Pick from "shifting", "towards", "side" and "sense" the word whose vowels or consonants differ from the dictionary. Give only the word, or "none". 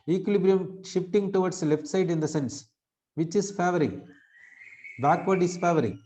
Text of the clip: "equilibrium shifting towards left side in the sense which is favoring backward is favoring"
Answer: towards